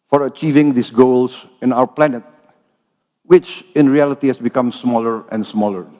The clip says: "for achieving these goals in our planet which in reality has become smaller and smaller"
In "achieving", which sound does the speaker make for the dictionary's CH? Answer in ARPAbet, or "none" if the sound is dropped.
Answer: CH